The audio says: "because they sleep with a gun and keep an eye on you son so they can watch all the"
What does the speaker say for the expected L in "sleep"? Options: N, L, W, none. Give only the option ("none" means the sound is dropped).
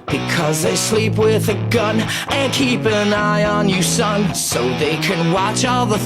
L